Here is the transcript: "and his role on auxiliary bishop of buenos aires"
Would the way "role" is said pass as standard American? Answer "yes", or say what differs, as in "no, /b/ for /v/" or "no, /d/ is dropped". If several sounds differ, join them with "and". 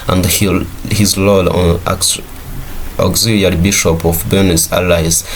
no, /l/ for /ɹ/